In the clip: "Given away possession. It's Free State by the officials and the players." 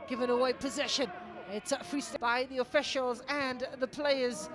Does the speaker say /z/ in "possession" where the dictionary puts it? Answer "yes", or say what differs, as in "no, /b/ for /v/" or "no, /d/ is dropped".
yes